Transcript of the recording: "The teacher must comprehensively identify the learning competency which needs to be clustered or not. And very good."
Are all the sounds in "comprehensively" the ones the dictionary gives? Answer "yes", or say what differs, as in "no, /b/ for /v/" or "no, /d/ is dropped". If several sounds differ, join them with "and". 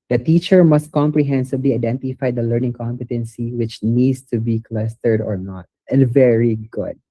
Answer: no, /b/ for /v/